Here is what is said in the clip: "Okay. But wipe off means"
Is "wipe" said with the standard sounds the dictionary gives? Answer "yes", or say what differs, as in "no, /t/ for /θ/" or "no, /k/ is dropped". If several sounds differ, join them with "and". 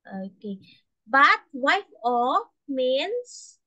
no, /f/ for /p/